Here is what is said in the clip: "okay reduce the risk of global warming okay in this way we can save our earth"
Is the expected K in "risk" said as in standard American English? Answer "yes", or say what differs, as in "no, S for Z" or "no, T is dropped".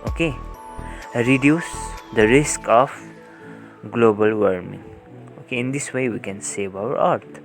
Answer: yes